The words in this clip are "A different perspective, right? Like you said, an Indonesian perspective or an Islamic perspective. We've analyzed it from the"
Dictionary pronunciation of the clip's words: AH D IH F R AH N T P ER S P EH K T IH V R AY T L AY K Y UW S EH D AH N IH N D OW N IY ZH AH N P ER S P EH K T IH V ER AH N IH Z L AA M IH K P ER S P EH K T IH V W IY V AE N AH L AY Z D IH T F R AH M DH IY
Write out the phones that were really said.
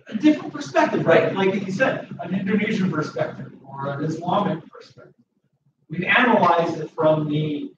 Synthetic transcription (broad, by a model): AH D IH F R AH N P ER S P EH K T IH V R AY T L AY K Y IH S EH D AH N IH N D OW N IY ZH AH N P ER S P EH K T IH V ER AH N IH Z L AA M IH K P ER S P EH K T IH V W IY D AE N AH L AY Z IH T F R AH M DH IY